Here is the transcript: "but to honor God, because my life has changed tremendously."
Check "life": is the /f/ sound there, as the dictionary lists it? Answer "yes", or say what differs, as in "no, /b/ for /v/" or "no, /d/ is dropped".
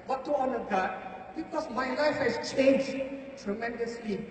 yes